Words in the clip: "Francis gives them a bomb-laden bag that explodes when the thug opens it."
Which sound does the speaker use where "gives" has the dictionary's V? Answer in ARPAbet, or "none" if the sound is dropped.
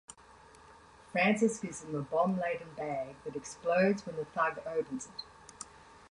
none